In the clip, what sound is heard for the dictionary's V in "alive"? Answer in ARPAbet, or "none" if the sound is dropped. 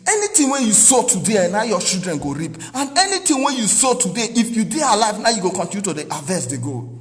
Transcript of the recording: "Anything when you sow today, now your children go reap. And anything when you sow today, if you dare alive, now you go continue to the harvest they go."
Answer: V